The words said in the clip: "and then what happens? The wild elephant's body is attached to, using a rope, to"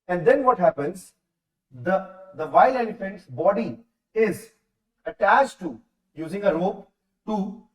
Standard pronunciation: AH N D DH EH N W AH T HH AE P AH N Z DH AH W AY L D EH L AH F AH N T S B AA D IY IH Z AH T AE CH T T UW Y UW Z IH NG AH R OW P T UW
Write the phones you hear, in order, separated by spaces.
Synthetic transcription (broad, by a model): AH N D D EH N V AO T HH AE P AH N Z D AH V AY L EH N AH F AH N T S B AA D IY IH Z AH T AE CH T T UW Y UW Z IH NG AH R OW P T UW